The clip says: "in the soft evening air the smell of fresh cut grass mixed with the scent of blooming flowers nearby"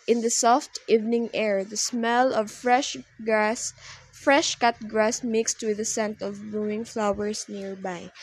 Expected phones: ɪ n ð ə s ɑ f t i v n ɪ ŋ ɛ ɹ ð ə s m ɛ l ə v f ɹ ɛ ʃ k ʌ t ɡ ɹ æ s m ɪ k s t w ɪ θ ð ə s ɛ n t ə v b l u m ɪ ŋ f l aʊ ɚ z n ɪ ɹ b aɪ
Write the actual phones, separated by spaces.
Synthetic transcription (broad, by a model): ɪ n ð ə s ɑ f t i v n ɪ ŋ ɛ ɹ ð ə s m ɛ l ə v f ɹ ɛ ʃ k ʌ t ɡ ɹ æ s m ɪ k s t w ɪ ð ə s ɛ n t ə v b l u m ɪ ŋ f l aʊ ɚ s n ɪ ɹ b aɪ